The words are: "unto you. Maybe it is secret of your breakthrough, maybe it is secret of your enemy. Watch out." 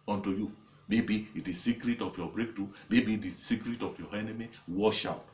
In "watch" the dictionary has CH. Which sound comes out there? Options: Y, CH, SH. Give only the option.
SH